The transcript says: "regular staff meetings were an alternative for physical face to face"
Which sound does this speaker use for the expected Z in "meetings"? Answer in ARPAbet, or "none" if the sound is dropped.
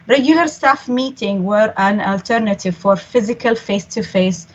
none